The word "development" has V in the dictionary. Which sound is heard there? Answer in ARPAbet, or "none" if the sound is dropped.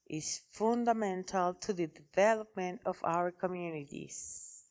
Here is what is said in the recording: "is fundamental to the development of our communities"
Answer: V